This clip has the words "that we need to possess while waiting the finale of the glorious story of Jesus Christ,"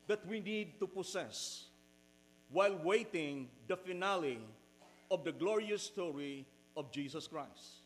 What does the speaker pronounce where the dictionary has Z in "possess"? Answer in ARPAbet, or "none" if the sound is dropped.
S